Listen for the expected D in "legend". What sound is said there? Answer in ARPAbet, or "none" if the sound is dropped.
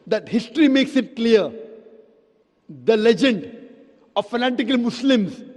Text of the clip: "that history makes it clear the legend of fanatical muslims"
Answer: D